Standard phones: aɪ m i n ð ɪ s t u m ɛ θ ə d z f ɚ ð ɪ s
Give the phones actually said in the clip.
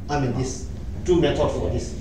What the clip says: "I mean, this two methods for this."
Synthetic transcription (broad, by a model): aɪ m i n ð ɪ s t u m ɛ t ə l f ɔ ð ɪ s